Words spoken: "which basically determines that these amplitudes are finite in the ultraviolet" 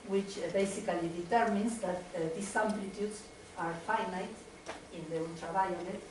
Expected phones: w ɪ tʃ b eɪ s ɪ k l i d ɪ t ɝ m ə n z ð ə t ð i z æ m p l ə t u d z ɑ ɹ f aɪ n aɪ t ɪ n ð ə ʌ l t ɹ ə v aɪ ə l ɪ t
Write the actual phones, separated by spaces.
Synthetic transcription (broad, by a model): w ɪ tʃ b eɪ s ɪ k l i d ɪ t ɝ m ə n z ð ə t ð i s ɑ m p l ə t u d s ɑ ɹ f aɪ n aɪ t ɪ n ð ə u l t ɹ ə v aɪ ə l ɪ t